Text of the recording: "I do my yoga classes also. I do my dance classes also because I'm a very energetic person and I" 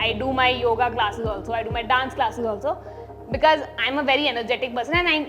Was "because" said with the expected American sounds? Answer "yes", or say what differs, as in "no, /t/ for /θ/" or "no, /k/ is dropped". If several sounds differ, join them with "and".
yes